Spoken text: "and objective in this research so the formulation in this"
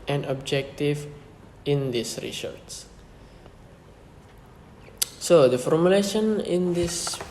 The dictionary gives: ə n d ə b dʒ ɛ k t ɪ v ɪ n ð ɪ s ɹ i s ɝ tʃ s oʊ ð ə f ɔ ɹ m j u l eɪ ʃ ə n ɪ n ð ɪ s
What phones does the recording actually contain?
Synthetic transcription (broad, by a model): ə n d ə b dʒ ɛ k t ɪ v ɪ n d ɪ s ɹ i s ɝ s s oʊ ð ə f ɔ ɹ m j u l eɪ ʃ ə n ɪ n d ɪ s